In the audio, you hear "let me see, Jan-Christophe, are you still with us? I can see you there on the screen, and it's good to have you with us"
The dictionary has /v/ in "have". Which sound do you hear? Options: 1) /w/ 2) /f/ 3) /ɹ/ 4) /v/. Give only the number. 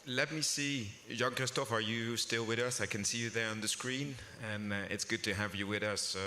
4